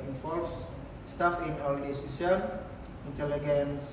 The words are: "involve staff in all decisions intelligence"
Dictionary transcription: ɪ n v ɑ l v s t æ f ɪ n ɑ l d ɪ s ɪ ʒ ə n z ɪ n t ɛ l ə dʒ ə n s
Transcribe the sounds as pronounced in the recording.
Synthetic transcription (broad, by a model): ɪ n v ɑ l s s t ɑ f ɪ n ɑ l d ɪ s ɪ s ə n ɪ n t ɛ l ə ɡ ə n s